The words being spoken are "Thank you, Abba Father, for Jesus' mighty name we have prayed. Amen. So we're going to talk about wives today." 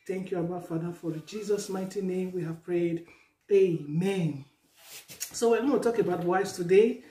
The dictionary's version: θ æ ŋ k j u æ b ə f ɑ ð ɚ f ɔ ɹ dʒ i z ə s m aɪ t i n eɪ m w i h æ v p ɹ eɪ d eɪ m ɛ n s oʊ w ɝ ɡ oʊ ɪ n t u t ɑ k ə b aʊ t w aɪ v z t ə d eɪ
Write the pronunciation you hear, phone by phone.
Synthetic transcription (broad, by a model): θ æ ŋ k j u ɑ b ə f ɑ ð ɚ f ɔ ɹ dʒ i z ə s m aɪ t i n eɪ m w i h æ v p ɹ eɪ d eɪ m ɛ n s oʊ w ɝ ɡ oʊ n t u t ɑ k ə b aʊ t w aɪ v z t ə d eɪ